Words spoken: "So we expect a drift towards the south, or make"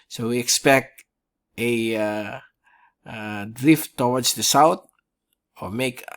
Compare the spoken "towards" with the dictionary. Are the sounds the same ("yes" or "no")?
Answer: no